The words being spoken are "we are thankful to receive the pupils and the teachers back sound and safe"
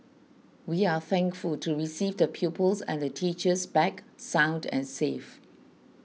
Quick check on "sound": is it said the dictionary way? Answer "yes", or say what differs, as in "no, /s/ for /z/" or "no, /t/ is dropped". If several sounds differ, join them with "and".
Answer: yes